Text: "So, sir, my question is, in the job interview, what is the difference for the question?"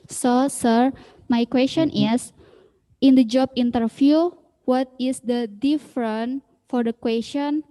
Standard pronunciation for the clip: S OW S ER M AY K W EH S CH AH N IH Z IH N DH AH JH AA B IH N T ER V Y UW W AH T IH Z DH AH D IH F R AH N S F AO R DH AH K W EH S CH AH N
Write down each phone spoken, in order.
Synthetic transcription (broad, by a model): S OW S ER M AY K W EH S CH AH N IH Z IH N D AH JH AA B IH N T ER F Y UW W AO T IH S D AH D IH F R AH N F AO R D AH K W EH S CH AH N